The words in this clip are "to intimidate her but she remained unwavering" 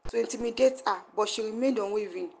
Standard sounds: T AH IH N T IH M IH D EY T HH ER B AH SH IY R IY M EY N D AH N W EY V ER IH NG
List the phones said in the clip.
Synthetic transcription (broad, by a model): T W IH N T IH M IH D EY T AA B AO SH IY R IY M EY D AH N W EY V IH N